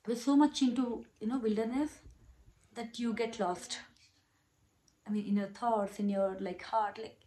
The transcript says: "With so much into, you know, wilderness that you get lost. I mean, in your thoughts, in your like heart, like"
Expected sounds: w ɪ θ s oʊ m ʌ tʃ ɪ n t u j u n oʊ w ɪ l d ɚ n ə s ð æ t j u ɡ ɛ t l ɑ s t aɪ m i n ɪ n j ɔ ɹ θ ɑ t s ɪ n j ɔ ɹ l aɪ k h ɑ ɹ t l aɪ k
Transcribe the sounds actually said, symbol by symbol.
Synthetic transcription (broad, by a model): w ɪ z s oʊ m ʌ tʃ ɪ n t u j u n oʊ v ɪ l d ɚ n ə s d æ t j u ɡ ɛ t l ɑ s t aɪ m i n ɪ n j ɔ ɹ t ɑ t s ɪ n j ɔ ɹ l aɪ k h ɑ ɹ t l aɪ k